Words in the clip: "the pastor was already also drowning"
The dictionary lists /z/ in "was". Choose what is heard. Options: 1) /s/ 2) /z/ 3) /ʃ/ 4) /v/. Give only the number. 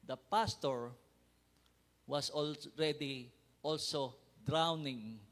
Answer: 1